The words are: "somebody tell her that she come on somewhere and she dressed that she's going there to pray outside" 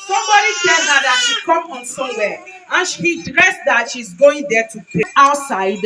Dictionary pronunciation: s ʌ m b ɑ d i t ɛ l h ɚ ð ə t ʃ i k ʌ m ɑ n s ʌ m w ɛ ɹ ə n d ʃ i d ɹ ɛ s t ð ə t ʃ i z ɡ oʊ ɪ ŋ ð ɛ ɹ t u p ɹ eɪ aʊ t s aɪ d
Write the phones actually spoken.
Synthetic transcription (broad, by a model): s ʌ m b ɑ d i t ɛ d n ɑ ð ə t ʃ i k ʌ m ɑ n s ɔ w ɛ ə n ʃ i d ɹ ɛ s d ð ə t ʃ i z ɡ oʊ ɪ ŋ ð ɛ t u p eɪ aʊ t s aɪ d